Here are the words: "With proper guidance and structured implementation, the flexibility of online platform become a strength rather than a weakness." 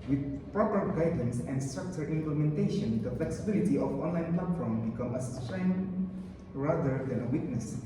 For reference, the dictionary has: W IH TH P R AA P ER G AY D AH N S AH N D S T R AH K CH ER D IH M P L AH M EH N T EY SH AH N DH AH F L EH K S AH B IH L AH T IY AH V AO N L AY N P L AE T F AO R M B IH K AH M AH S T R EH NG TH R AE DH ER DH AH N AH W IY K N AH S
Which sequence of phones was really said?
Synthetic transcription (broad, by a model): W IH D P R AA P ER G AY D AH N S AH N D S T R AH K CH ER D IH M P L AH M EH N T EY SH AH N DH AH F L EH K S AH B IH L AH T IY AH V AO N L AY N P L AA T F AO R M B IH K AH M AH S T R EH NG R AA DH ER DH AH N AH W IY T N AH S